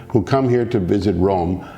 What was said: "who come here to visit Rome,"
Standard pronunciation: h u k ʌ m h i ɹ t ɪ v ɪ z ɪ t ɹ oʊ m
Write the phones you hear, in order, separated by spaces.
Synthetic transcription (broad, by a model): h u k ʌ m h i ɹ t ɪ v ɪ z ɪ t ɹ oʊ m